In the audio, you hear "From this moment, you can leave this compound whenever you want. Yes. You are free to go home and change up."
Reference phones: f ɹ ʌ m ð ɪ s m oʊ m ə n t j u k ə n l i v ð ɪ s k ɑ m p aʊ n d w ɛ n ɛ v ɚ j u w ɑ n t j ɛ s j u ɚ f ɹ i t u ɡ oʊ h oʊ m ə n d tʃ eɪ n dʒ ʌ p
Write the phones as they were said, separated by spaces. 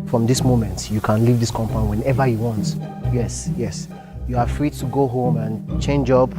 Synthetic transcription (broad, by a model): f ɹ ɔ m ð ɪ s m oʊ m ə n t j u k ə n l i v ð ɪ s k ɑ m p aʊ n w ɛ n ɛ v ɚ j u w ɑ n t j ɛ s j u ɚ f ɹ i t u ɡ oʊ h oʊ m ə n tʃ eɪ n dʒ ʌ p